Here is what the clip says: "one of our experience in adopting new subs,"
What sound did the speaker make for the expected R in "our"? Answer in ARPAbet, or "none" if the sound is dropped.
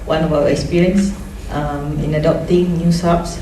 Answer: W